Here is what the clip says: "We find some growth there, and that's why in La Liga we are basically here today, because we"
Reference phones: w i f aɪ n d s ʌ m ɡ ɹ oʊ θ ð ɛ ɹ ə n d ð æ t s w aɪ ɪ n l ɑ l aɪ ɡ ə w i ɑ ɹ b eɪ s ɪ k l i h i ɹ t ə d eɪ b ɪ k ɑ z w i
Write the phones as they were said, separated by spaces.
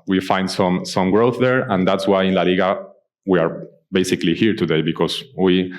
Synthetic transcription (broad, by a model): w i f aɪ n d s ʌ m ɡ ɹ oʊ θ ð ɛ ɹ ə n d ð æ t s w aɪ ɪ n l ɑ l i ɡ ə w i ɑ ɹ b eɪ s ɪ k l i h i ɹ t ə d eɪ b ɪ k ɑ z w i